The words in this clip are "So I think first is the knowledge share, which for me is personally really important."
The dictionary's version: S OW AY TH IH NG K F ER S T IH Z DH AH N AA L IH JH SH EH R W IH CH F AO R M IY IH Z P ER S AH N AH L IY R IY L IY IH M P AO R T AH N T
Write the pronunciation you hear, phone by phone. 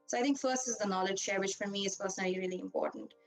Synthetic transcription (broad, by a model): S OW AY T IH NG K F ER S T IH Z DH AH N AA L IH JH SH EH R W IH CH F AO R M IY IH Z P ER S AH N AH L IY R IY L IY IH M P AO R T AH N T